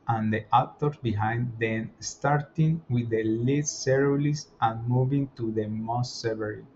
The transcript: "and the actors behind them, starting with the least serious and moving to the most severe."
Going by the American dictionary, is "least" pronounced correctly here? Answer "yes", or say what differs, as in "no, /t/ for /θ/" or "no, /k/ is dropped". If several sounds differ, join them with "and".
no, /s/ is dropped